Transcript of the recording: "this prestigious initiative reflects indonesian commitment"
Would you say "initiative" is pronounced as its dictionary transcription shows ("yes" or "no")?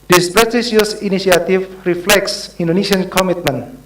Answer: no